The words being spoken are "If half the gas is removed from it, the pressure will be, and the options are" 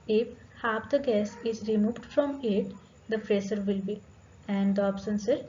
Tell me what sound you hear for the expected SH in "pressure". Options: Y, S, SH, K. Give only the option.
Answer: S